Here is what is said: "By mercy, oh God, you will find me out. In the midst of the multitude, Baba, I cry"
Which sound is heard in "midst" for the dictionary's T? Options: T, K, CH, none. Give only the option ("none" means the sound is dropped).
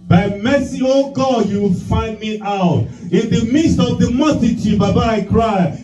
T